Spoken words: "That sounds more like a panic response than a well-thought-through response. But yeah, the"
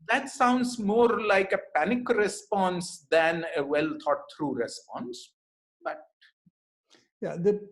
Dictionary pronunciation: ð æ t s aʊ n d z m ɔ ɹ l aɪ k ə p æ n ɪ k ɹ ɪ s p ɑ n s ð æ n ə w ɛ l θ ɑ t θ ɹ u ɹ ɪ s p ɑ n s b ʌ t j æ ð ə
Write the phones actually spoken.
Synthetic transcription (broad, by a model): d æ t s aʊ n d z m ɔ ɹ l aɪ k ə p æ n ɪ k ɹ ɪ s p ɑ n s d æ n ə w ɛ l t ɑ t t ɹ u ɹ ɪ s p ɑ n s b ʌ t j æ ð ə